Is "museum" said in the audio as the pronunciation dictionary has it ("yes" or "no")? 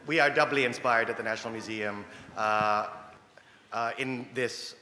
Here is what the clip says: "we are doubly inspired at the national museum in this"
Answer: yes